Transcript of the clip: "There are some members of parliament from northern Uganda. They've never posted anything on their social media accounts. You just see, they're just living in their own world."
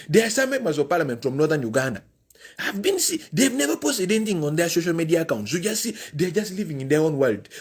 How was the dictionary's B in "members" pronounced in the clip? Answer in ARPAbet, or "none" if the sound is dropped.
none